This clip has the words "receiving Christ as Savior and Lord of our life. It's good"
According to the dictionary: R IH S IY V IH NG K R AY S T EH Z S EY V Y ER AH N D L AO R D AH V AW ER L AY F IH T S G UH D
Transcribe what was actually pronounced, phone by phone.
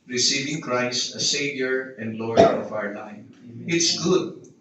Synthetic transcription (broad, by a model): R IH S IY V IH NG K R AY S AH S EY V Y ER AH N D L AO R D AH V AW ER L AY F IH T S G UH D